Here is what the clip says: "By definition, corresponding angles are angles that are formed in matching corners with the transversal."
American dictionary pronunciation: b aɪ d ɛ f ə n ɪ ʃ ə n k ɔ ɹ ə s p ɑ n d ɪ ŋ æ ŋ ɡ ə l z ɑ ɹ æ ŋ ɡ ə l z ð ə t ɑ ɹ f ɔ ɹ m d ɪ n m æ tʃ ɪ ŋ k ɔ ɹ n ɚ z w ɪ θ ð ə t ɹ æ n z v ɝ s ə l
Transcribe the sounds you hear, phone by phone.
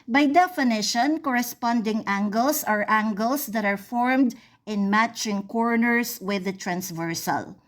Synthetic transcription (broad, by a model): b aɪ d ɛ f ə n ɪ ʃ ə n k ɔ ɹ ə s p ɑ n d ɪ ŋ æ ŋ ɡ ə l s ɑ ɹ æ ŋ ɡ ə l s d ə t ɑ ɹ f ɔ ɹ m d ɪ n m æ tʃ ɪ ŋ k ɔ ɹ n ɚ s w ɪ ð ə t ɹ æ n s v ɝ s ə l